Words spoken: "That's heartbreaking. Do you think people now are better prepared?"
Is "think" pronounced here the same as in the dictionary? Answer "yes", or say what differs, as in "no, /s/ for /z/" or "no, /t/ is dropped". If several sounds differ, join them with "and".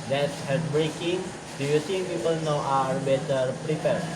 no, /s/ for /θ/